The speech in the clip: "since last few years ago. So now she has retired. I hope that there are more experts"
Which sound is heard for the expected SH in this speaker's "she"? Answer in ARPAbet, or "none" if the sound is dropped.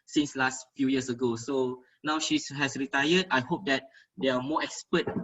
SH